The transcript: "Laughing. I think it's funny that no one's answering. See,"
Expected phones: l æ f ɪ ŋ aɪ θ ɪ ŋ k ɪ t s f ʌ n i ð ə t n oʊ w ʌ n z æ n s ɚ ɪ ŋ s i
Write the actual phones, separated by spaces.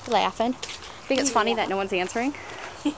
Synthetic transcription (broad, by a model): l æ f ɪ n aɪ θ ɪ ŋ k ɪ t s f ʌ n i ð ə t n oʊ w ʌ n z æ n s ɚ ɪ ŋ